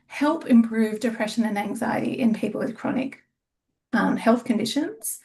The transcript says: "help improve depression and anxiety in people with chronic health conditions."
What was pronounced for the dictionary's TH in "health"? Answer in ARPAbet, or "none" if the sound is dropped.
TH